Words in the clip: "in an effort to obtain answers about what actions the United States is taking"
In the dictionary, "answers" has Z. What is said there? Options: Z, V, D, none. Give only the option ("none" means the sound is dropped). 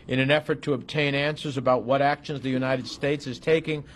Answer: Z